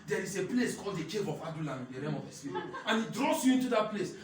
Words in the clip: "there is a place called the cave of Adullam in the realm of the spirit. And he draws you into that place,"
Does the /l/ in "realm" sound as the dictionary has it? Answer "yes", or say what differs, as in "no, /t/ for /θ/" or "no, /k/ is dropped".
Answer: no, /l/ is dropped